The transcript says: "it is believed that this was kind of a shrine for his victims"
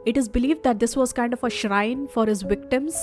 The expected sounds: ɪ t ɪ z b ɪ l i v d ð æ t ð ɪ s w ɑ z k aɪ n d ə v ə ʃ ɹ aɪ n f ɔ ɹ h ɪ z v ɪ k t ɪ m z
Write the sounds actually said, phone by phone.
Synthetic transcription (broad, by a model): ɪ t ɪ z b ɪ l i v d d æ t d ɪ s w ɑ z k aɪ n d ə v ə ʃ ɹ aɪ n f ɔ ɹ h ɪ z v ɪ k t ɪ m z